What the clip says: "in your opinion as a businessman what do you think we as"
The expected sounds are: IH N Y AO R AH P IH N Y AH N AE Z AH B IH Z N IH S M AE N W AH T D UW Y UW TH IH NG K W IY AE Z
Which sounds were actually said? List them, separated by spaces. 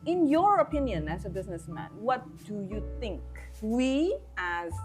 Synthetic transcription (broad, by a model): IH N Y AO R AH P IH N Y AH N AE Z AH B IH Z N IH S M AE N W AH T D UW Y UW TH IH NG K W IY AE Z